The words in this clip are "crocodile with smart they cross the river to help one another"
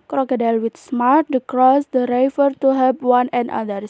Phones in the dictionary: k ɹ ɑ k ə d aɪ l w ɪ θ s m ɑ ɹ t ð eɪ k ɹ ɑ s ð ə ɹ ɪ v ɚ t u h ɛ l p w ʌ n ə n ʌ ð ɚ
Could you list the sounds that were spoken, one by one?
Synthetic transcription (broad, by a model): k ɹ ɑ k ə d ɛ l w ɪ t s m ɑ ɹ t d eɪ k ɹ ɑ s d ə ɹ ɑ f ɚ t u h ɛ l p w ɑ n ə n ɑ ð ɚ